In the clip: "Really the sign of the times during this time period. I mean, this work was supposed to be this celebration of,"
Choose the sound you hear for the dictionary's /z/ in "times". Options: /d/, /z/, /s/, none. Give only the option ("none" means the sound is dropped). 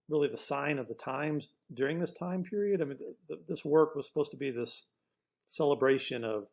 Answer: /z/